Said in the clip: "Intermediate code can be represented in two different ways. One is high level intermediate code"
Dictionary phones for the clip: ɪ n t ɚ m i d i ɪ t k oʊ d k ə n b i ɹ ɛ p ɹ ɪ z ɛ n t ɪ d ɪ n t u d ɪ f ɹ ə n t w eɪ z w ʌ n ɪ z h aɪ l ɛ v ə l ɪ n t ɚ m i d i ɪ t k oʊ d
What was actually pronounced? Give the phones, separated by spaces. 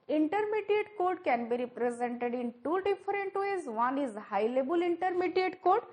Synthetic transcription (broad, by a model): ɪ n t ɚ m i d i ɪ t k oʊ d k ə n b i ɹ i p ɹ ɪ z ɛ n t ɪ d ɪ n t u d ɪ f ɹ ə n t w eɪ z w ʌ n ɪ z h aɪ l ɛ b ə l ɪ n t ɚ m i d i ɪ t k oʊ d